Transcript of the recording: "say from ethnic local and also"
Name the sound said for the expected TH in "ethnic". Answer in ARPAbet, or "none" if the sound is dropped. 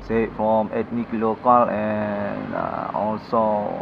T